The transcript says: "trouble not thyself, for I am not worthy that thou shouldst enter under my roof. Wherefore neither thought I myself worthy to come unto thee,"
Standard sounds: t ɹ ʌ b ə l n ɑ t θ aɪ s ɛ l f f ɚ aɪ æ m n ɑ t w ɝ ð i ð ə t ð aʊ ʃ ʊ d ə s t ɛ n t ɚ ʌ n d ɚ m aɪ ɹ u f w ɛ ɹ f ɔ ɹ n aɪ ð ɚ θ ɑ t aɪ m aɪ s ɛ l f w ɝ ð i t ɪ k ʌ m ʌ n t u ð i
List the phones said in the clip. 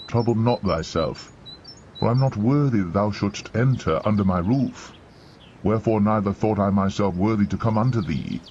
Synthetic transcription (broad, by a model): t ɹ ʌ b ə l n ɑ t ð aɪ s ɛ l f f ɚ aɪ m n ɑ t w ɝ ð i ð ə t ð aʊ ʃ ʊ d s t ɛ n t ɚ ʌ n d ɚ m aɪ ɹ u f w ɛ ɹ f ɔ ɹ n aɪ ð ɚ θ ɑ t aɪ m aɪ s ɛ l f w ɝ ð i t ɪ k ʌ m ʌ n t u ð i